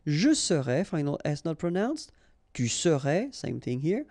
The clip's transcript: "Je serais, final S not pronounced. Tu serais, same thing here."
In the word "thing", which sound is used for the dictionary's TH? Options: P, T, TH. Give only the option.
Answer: TH